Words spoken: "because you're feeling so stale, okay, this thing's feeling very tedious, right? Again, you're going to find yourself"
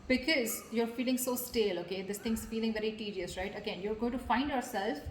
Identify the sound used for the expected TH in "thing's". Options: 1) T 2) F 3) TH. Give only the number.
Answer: 1